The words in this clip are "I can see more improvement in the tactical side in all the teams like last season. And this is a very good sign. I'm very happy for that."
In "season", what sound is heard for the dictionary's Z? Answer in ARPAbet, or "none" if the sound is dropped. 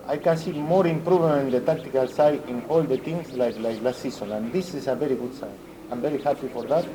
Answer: S